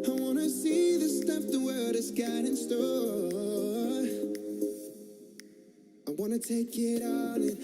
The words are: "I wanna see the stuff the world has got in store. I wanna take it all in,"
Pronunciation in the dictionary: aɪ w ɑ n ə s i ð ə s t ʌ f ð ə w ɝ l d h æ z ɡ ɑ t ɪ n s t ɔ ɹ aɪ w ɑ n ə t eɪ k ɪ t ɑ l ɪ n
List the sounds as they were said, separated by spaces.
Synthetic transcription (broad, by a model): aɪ w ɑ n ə s i ð ə s t ʌ f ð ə w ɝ d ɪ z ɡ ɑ t ɪ n s t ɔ l aɪ w ɑ n ə t eɪ k ɪ t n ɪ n